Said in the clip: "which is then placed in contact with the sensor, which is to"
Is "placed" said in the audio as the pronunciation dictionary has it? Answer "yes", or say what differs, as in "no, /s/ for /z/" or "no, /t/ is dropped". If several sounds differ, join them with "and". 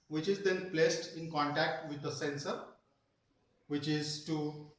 yes